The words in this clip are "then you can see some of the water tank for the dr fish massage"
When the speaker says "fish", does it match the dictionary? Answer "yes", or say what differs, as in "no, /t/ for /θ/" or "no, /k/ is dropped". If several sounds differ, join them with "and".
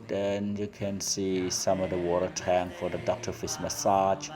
no, /s/ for /ʃ/